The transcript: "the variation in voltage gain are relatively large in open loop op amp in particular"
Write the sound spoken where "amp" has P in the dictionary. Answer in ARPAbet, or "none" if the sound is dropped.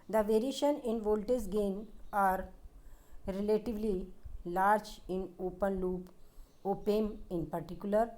none